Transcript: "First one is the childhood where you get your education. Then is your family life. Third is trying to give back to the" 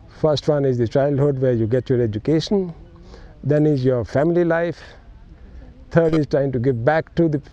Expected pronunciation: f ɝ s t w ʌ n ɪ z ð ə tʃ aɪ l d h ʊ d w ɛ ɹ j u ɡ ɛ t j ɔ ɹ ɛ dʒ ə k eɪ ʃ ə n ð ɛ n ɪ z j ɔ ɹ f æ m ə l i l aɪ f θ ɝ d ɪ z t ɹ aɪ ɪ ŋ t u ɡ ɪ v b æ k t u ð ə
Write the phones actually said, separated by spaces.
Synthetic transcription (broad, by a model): f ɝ s t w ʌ n ɪ z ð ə tʃ aɪ l d h ʊ d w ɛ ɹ j u ɡ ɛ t j ɔ ɹ ɛ dʒ ə k eɪ ʃ ə n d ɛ n ɪ z j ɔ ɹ f æ m ə l i l aɪ f t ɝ d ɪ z t ɹ aɪ ɪ ŋ t u ɡ ɪ v b æ k t u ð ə